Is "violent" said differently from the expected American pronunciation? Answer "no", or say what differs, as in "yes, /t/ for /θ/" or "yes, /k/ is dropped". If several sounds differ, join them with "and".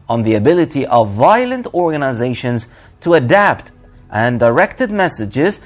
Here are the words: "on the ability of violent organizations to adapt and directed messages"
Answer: no